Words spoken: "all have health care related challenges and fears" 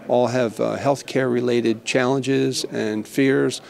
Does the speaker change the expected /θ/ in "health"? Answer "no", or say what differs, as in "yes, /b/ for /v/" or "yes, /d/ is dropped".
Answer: no